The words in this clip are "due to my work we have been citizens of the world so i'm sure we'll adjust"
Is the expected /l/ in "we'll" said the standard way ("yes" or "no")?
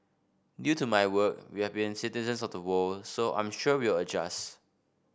no